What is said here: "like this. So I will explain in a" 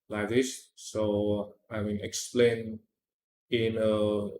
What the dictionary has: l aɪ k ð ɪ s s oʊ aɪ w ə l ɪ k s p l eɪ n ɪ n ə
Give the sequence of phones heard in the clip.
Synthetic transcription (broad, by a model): l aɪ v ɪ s s oʊ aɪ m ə n ɪ k s p l eɪ n ɪ n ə